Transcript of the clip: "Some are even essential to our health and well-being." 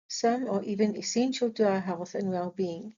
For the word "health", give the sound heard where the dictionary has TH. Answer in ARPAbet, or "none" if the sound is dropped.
TH